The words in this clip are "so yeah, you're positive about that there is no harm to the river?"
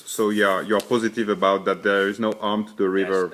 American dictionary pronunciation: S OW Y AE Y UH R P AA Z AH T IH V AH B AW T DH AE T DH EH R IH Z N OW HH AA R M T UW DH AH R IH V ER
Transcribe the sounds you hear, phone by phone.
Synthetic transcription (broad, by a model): S OW Y AE Y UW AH P AA Z AH T IH V AH B AW T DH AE T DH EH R IH Z N OW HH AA R M T UW DH AH R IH V ER